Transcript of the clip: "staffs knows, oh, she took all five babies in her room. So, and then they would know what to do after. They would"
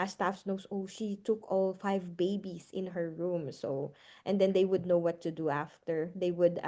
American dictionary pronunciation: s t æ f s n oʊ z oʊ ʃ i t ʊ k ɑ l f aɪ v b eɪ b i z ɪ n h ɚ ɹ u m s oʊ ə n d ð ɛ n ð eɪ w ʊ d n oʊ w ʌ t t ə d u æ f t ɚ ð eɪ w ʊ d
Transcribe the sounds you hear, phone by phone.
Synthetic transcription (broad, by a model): s t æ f s n oʊ s oʊ ʃ i t ʊ k ɑ l f aɪ v b eɪ b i s ɪ n h ɚ ɹ u m s oʊ ə n d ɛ n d eɪ w ʊ d n oʊ w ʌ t t ə d u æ f t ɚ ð eɪ w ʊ d